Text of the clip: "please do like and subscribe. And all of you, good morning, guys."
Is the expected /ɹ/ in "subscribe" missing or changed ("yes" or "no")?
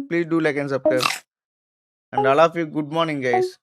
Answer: yes